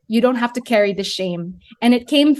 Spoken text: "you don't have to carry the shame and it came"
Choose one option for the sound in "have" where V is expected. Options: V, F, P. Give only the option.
F